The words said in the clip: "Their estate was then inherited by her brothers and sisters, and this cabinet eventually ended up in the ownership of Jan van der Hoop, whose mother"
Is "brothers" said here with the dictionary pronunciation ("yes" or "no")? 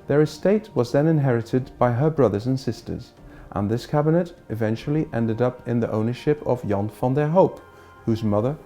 yes